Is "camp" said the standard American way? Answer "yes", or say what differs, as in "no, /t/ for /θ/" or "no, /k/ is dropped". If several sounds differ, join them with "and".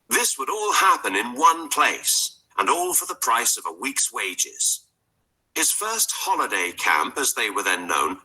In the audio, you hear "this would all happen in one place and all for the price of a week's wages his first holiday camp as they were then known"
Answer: yes